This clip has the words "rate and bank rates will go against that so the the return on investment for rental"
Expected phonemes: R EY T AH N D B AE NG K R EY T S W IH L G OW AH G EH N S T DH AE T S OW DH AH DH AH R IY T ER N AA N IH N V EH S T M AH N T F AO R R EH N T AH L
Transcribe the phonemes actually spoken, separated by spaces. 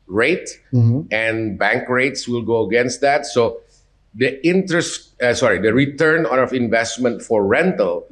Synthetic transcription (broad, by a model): R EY T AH N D B AE NG K R EY T S W IH L G OW AH G EH N S T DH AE T S OW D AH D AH R IY T ER N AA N IH N V EH S T M AH N T F AO R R EH N T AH L